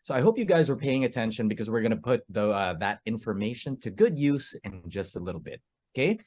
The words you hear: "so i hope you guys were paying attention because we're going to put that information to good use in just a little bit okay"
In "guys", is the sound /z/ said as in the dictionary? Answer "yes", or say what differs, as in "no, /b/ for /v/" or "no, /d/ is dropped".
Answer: yes